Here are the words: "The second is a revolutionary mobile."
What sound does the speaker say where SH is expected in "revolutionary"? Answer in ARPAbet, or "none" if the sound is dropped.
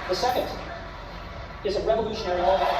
SH